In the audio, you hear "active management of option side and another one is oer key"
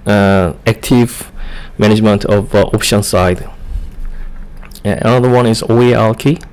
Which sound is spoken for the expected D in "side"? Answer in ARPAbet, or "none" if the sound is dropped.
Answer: none